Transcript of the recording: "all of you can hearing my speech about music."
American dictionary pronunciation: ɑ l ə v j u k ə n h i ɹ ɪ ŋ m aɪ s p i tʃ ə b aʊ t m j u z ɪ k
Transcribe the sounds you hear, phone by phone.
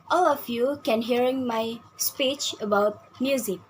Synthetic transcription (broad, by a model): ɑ l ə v j u k ə n h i ɹ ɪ ŋ m aɪ s p i tʃ ə b aʊ t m j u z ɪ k